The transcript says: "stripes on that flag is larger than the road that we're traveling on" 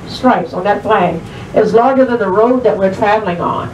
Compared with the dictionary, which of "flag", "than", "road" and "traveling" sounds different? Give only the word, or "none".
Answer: flag